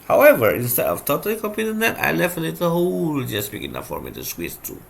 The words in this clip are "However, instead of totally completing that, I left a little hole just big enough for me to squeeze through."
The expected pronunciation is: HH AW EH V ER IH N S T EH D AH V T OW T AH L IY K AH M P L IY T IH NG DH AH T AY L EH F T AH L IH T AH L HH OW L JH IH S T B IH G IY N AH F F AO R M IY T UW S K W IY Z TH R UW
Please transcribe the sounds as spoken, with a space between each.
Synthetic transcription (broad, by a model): HH AW EH V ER IH N S T EH D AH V T OW T AH L IY K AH P IY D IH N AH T AY L EH F T AH L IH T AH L HH OW L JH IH S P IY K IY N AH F F AO R M IY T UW S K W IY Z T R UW